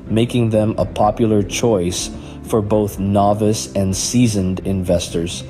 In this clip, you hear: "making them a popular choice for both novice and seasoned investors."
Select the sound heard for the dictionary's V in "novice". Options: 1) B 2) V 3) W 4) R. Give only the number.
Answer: 2